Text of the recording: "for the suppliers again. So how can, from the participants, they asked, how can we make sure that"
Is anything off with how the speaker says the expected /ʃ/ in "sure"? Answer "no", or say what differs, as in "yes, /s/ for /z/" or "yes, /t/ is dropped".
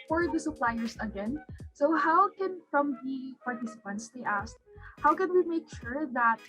no